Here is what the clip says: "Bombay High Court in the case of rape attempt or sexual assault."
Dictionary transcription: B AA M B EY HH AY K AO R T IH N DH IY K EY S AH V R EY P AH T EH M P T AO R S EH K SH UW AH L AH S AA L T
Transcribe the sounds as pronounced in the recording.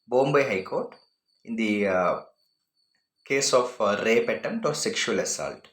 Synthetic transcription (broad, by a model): B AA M B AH HH AY K AO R T IH N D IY K EY S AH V R EY P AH T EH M T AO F S EH K SH UW AH L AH S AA L T